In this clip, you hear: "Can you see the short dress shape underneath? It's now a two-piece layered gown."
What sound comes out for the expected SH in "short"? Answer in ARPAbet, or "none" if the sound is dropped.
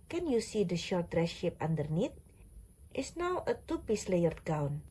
SH